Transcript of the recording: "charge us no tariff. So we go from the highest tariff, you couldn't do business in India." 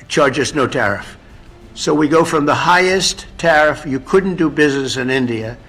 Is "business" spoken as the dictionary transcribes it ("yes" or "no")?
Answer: yes